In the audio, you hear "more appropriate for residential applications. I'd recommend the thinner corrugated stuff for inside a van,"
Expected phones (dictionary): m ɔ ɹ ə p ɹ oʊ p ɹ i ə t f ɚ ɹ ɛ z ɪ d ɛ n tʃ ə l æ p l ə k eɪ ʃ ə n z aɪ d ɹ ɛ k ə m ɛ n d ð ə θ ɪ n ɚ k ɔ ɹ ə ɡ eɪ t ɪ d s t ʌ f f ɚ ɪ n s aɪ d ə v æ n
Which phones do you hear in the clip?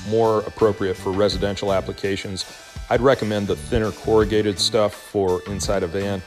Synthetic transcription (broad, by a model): m ɔ ɹ ə p ɹ oʊ p ɹ i ə t f ɚ ɹ ɛ z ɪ d ɛ n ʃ l æ p l ə k eɪ ʃ ə n z aɪ d ɹ ɛ k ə m ɛ n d ð ə θ ɪ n ɚ k ɔ ɹ ə ɡ eɪ t ɪ d s t ʌ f f ɚ ɪ n s aɪ d ə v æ n